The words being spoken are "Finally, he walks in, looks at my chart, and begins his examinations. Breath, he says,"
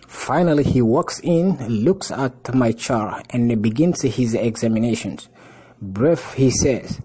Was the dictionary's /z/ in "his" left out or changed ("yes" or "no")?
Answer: no